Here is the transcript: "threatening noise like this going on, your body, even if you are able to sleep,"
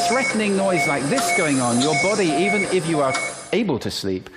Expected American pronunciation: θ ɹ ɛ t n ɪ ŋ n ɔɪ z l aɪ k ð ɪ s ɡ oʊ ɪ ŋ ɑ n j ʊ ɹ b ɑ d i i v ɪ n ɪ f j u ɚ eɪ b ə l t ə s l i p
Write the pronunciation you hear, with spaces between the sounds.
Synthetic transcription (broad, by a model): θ ɹ ɛ t n ɪ ŋ n ɔɪ z l aɪ k ð ɪ s ɡ oʊ ɪ ŋ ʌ n j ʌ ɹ b ɑ d i i v ɪ n ɪ f j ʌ ɚ eɪ b ə l t ə s l i p